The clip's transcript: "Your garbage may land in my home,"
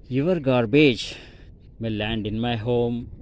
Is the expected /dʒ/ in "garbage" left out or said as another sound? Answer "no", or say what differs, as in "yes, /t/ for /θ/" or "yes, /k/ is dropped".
no